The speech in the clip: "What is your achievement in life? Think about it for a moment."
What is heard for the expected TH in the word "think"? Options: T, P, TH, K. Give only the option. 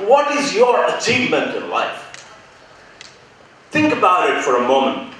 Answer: TH